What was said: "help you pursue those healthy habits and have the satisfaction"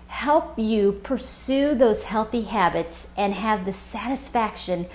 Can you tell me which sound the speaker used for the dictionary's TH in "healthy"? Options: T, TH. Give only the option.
TH